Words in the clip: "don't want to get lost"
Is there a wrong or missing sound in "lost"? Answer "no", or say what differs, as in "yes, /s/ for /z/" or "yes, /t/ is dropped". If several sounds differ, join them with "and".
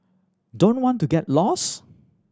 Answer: yes, /t/ is dropped